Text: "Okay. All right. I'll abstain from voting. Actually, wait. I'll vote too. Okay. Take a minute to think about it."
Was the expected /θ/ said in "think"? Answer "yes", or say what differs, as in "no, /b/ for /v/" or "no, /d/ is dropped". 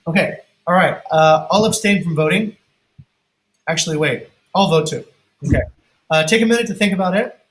yes